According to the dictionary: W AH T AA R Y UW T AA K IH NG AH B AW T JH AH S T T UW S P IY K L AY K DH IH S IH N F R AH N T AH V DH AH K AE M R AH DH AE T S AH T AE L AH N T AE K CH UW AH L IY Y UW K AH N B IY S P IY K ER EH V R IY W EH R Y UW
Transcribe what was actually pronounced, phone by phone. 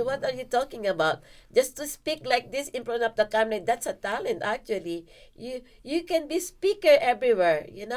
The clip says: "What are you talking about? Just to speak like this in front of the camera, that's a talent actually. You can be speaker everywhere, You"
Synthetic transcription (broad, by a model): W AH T AA R Y UW T AA K IH NG AH B AW T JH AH S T T UW S P IY K L AY K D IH S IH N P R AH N AH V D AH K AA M L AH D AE T S AH T AE L AH N T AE K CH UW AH L IY Y UW K AH N B IY S P IY K ER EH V R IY W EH R Y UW